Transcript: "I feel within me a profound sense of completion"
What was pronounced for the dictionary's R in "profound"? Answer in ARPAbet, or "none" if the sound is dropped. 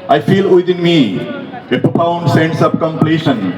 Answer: none